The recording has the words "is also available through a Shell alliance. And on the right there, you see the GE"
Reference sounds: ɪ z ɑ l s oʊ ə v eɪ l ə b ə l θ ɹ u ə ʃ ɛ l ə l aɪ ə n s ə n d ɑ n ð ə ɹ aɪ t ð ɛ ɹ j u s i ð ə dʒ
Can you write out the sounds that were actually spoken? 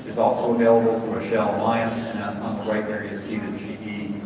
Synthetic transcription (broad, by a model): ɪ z ɑ l s oʊ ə v eɪ l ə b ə l f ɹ ə ʃ ɛ l ə l aɪ ə n s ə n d n ð ə ɹ aɪ t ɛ ɹ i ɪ s i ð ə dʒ